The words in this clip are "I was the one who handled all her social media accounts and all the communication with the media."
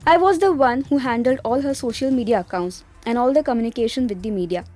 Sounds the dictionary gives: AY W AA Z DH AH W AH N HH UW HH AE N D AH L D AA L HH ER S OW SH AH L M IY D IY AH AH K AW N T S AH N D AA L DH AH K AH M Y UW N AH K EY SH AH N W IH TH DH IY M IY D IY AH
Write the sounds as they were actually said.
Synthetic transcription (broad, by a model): AY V AA Z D AH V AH N HH UW HH AE N D AH L D AA L HH ER S OW SH AH L M IY D IY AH AH K AW N T S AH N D AA L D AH K AH M Y UW N AH K EY SH AH N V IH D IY M IY D IY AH